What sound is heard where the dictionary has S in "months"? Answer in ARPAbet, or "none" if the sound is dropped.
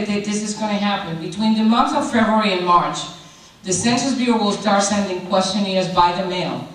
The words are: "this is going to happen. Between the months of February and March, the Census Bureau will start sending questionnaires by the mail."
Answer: none